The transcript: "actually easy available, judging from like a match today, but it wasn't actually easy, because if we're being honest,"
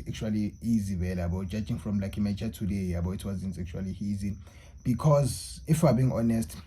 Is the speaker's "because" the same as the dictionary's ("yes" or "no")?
yes